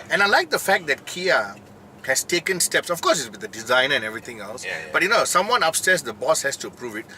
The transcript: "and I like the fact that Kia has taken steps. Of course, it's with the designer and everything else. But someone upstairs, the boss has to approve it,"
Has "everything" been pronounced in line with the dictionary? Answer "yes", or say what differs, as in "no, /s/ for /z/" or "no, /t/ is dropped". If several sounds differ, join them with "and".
no, /t/ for /θ/